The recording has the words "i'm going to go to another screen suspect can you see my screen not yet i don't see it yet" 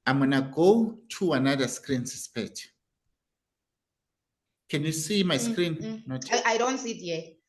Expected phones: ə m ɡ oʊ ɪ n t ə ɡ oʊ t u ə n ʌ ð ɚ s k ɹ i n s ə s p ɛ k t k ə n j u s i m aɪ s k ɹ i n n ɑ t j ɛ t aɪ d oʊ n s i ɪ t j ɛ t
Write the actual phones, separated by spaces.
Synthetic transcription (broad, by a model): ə m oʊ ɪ n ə ɡ oʊ t u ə n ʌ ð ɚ s k ɹ i n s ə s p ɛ t k ə n j u s i m aɪ s k ɹ i n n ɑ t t aɪ d oʊ n s i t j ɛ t